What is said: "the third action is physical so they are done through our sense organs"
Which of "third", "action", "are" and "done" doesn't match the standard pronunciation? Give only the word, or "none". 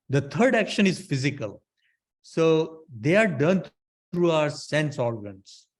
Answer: third